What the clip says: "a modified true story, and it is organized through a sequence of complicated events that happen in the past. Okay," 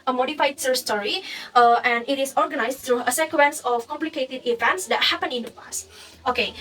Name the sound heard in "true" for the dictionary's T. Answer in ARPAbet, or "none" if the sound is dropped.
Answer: S